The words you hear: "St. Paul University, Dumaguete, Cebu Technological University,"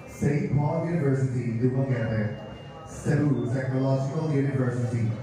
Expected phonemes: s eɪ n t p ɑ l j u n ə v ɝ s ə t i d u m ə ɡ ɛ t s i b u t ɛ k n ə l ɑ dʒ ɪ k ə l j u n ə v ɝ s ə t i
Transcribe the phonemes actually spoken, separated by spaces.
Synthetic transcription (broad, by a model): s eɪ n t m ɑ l j u n ə v ɝ s ə t i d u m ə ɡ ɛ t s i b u s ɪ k ə l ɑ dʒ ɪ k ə l j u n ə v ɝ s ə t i